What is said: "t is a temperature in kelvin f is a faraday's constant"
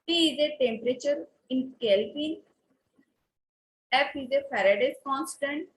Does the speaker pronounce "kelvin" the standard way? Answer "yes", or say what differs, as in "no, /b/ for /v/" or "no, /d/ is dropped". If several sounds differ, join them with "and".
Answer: no, /p/ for /v/